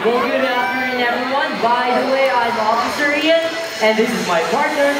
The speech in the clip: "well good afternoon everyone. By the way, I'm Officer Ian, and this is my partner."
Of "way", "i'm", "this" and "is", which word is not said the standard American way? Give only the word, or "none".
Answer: none